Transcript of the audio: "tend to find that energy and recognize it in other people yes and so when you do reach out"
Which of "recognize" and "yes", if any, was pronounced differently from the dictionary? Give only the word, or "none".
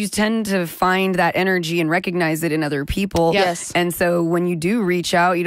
none